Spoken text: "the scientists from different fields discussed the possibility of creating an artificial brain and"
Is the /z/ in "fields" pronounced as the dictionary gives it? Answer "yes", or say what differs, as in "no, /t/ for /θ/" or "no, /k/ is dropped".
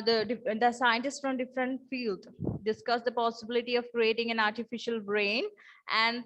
no, /z/ is dropped